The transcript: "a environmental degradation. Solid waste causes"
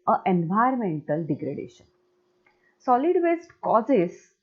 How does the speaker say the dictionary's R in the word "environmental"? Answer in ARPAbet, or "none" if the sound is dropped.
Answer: none